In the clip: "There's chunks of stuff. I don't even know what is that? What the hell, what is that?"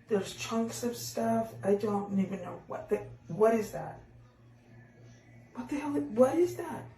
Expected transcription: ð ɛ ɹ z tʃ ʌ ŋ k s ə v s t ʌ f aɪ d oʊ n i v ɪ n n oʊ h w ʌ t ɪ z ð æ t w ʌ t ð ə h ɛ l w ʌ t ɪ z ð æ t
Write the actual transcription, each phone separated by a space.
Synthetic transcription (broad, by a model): ð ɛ ɹ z tʃ ʌ ŋ k s ə v s t ʌ f aɪ d oʊ n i v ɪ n n oʊ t w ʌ t ɪ z ð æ t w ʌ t ð ə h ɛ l w ʌ t ɪ z ð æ t